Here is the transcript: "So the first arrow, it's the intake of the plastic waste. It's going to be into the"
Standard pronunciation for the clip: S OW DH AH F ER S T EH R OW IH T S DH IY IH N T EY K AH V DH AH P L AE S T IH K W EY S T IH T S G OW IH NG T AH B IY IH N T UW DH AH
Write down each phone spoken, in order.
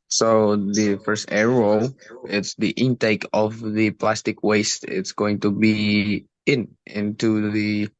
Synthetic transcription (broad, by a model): S OW DH AH F ER S T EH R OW IH T S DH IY IH N T EY K AH V DH AH P L AE S T IH K W EY S T IH T S G OW IH NG T AH B IY IH N T UW DH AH